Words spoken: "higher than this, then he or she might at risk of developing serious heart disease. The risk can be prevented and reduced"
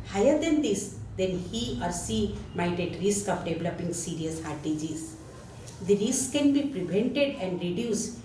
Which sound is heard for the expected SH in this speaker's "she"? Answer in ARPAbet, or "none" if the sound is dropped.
S